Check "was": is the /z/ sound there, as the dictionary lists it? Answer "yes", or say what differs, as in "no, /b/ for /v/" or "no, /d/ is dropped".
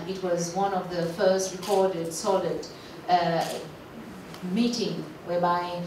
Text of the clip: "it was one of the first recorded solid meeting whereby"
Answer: yes